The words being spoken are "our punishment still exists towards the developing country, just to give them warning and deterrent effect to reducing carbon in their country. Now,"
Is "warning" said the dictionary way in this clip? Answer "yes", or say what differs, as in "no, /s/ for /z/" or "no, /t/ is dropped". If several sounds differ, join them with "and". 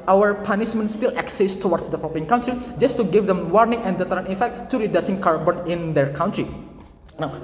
yes